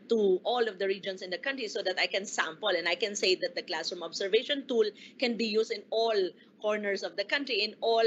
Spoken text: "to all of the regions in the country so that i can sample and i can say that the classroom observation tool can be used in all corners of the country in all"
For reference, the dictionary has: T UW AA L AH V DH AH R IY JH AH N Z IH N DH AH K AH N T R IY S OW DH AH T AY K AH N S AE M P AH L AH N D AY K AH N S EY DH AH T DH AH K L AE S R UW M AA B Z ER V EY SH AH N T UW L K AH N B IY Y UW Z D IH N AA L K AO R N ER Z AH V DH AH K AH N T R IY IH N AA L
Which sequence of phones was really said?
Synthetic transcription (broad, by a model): T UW AA L AH V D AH R IY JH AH N S IH N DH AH K AH N T R IY S OW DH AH T AY K AH N S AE M P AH L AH N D AY K AH N S EY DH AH T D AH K L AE S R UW M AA B S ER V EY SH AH N T UW L K AH N B IY Y UW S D IH N AA L K AO R N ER S AH V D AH K AH N T R IY IH N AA L